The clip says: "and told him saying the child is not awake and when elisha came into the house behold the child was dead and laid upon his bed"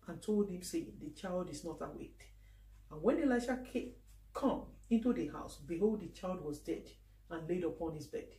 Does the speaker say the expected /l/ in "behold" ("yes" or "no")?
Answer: yes